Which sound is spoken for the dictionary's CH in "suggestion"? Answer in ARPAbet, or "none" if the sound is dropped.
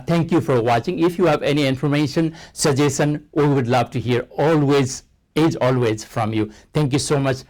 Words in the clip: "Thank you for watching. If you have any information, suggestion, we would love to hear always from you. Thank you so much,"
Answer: none